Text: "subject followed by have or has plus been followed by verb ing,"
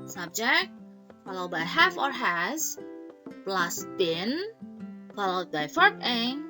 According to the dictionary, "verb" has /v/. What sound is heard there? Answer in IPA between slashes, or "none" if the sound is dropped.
/f/